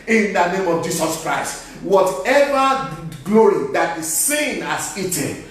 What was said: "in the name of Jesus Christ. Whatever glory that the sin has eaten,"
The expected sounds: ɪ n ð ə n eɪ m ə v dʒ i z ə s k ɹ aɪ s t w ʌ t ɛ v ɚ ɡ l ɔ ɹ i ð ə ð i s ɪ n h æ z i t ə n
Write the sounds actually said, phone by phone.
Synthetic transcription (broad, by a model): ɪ n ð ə n eɪ m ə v dʒ i s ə s k ɹ aɪ s t w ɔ t ɛ v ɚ ɡ l ɔ ɹ i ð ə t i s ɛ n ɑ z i t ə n